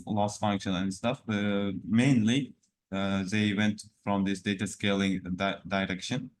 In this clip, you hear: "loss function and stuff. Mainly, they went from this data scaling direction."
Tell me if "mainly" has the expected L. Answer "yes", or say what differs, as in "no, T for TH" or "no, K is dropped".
yes